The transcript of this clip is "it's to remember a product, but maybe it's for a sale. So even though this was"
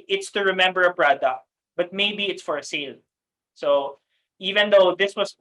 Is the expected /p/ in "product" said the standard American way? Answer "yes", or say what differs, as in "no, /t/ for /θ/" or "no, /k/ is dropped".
no, /b/ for /p/